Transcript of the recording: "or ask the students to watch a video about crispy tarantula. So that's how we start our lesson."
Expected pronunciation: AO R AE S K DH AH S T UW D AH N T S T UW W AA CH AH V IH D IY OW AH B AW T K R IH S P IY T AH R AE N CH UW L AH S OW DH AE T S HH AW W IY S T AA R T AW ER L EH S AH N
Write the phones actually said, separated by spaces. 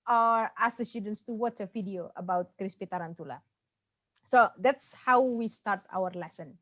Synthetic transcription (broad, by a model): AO R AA S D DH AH S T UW D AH N T S T UW W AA S AH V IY D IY OW AH B AW T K R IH S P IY T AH R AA N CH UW L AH S OW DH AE T S HH AW W IY S T AA R T AW ER L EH S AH N